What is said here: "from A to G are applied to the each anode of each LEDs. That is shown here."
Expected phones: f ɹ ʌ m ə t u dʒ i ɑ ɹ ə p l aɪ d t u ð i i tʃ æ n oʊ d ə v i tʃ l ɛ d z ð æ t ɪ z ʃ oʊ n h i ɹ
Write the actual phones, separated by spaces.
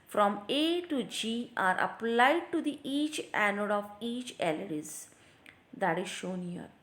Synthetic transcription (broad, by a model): f ɹ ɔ m ə t u dʒ i ɑ ɹ ə p l aɪ d t u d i i tʃ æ n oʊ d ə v i tʃ l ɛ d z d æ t ɪ z ʃ oʊ n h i ɹ